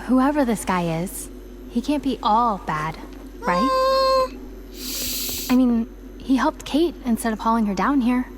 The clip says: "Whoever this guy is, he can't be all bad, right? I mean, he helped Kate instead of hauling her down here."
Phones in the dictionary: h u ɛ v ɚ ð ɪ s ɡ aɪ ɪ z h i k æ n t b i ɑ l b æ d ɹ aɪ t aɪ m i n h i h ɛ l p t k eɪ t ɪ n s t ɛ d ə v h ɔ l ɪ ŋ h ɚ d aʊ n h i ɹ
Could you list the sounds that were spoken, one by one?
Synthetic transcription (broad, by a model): h u ɛ v ɚ ð ɪ s ɡ aɪ ɪ z h i k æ n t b i ɑ l b æ d ɹ aɪ t aɪ m i n h i h ɛ l p t k eɪ t ɪ n s t ɛ d ə v h ɔ l ɪ ŋ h ɚ d aʊ n h i ɹ